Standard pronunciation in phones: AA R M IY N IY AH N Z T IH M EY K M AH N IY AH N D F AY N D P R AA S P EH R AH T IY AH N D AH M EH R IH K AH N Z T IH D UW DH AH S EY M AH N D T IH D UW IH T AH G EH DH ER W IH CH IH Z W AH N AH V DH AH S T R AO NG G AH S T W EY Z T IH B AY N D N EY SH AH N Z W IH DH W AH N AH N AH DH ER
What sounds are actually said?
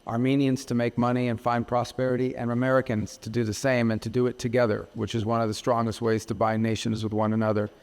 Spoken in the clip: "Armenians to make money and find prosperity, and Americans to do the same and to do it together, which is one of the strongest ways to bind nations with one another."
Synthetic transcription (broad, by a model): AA R M IY N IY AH N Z T IH M EY K M AH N IY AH N F AY N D P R AA S P EH R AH T IY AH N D AH M EH R IH K AH N Z T IH D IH DH AH S EY M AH N T IH D IH T AH G EH DH ER W IH CH IH Z W AH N AH V DH AH S T R AO NG G AH S T W EY Z T IH B AY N N EY SH AH N Z W IH DH W AH N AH N AH DH ER